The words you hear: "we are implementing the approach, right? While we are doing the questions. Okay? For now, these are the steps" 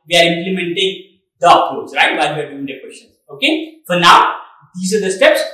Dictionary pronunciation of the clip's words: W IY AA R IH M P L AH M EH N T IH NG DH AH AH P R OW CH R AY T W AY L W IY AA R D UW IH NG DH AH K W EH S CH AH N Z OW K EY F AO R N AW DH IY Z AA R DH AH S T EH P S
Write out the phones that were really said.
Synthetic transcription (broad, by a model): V IY AA R IH M P L AH M EH N T IH NG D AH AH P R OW S R AY T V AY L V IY AA R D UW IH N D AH K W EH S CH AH N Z OW K EY F AO R N AW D IY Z AA R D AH S T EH P S